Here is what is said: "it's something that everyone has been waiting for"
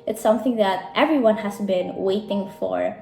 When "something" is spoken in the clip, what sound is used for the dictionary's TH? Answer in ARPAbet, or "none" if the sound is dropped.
TH